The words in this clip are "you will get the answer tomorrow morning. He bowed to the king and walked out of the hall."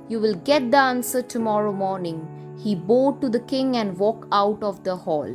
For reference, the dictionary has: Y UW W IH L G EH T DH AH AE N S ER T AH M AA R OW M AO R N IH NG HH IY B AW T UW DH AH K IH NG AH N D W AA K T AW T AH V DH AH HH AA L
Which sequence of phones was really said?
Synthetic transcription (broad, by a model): Y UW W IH L G EH T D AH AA N S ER T AH M AA R OW M AO R N IH NG HH IY B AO T UW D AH K IH NG AH N D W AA K AW T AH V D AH HH AA L